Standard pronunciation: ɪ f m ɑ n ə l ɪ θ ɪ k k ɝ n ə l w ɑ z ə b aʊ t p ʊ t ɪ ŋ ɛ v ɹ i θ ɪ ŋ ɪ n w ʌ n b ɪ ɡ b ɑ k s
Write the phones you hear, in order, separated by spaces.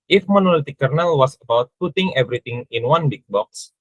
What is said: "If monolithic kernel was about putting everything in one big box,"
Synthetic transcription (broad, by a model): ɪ f m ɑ n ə l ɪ t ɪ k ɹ n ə l w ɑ s ə b aʊ t p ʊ t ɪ ŋ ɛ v ɹ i t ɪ ŋ ɪ n w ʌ n b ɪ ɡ b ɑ k s